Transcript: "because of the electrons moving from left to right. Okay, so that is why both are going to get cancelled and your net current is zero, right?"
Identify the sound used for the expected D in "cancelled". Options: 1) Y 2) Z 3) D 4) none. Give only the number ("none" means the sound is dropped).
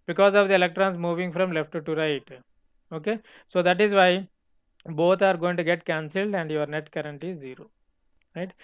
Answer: 3